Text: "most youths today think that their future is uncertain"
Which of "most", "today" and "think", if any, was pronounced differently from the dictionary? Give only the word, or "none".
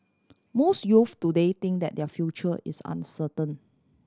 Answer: think